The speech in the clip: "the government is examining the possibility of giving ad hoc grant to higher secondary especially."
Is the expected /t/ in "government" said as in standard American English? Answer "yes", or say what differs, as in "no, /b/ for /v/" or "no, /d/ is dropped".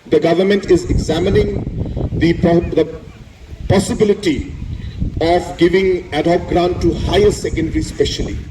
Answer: yes